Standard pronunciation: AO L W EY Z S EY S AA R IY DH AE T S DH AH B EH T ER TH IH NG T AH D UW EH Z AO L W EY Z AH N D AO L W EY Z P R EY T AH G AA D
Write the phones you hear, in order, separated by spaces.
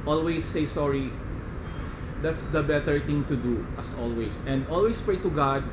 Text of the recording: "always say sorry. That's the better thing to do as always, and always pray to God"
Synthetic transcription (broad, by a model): AO L W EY S EY S AA R IY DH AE T S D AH B EH T ER T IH NG T AH D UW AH S AO L W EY S AH N D AO L W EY S P R EY T AH G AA D